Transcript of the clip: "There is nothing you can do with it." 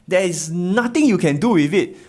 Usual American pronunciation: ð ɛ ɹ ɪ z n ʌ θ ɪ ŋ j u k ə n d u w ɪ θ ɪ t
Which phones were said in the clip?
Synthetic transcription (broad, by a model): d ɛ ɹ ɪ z n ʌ t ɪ ŋ j u k ə n d u w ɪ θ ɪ t